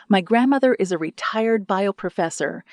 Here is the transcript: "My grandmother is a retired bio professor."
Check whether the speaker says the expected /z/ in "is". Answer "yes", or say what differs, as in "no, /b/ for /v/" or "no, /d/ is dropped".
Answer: yes